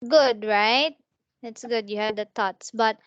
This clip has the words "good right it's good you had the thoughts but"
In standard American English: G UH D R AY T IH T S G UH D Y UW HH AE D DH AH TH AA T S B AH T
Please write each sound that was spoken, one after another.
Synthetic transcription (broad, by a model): G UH D R AY T IH T S G UH D Y UW HH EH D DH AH T AA T S B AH T